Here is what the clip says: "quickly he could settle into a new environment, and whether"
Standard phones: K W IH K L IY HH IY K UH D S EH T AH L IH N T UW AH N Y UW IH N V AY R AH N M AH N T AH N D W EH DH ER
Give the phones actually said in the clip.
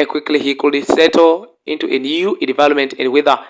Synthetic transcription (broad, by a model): K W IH K L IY HH IY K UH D S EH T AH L IH N T UW AH N Y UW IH V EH L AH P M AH N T AH N D W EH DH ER